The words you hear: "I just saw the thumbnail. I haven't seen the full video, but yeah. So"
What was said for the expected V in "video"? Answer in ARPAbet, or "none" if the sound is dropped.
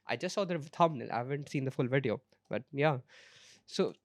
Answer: V